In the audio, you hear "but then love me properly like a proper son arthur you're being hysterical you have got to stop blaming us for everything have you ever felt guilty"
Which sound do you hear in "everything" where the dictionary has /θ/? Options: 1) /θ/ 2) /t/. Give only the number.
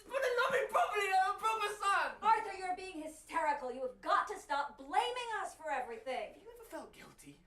1